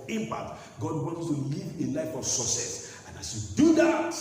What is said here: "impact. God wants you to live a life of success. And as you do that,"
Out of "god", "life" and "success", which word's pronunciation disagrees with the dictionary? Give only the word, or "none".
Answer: success